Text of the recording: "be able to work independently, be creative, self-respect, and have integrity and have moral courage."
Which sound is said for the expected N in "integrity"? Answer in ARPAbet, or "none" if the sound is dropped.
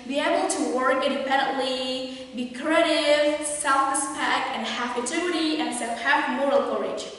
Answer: none